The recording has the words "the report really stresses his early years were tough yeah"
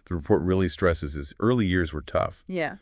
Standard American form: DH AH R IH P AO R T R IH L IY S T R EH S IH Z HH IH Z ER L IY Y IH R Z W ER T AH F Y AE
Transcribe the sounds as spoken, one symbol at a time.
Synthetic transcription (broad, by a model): DH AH R IH P AO R T R IH L IY S T R EH S IH Z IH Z ER L IY Y IH R Z W ER T AH F Y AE